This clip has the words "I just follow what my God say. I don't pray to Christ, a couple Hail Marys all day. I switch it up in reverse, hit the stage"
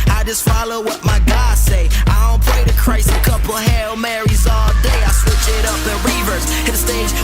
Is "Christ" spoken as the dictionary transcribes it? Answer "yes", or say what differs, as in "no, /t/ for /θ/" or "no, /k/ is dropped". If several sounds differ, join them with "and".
no, /t/ is dropped